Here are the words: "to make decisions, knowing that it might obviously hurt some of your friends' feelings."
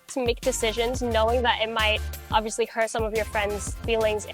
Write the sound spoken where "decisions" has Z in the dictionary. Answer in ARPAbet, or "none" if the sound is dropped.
Z